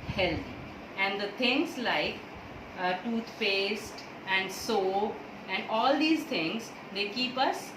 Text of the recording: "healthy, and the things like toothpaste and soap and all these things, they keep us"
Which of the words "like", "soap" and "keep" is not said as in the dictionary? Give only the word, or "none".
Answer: soap